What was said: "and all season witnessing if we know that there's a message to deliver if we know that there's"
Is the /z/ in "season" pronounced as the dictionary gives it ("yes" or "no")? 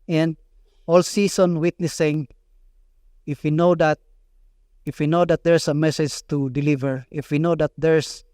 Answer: no